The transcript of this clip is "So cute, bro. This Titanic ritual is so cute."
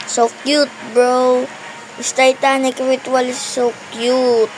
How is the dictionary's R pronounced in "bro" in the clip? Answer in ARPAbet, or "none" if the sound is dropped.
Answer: R